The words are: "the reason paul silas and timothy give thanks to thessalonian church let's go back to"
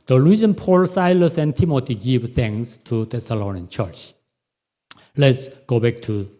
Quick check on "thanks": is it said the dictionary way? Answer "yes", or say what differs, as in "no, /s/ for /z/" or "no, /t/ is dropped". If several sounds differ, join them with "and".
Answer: no, /k/ is dropped